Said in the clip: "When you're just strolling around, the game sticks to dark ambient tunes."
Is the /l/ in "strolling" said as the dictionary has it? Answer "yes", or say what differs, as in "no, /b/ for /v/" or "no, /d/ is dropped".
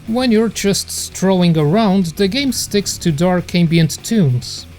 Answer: no, /l/ is dropped